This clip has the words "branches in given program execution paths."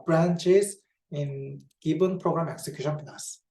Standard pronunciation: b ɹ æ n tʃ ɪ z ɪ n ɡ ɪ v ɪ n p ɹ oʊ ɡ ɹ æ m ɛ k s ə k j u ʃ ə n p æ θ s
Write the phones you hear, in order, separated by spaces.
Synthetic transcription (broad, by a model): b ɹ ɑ n tʃ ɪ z ɪ n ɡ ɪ b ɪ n p ɹ oʊ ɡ ɹ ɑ m ɛ k s ə k j u ʃ ə n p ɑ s